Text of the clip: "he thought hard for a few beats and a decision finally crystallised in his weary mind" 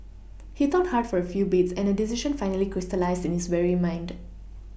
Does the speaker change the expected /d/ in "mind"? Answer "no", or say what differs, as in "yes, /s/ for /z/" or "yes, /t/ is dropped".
no